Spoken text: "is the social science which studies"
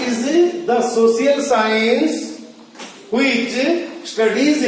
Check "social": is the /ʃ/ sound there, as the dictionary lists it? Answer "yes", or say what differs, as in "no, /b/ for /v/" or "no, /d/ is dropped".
no, /s/ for /ʃ/